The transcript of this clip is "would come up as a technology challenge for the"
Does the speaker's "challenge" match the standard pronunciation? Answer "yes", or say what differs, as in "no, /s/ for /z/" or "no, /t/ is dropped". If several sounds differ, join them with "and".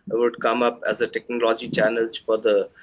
no, /n/ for /l/